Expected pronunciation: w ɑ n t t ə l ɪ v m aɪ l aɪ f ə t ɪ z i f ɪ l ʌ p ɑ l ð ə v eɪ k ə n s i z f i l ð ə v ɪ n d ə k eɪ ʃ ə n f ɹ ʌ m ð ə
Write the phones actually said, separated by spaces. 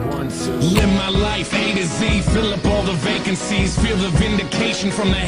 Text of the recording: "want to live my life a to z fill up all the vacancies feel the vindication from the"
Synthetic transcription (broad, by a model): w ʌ n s l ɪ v m aɪ l aɪ f ə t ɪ z i f ɪ l ʌ p ɑ l ð ə v eɪ k ə n s i z f i l ð ə v ɪ n d ə k eɪ ʃ ə n f ɹ ʌ m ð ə